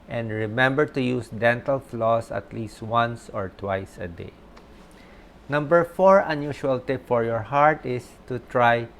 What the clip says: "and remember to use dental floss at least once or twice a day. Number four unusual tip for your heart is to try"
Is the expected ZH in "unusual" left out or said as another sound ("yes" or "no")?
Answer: yes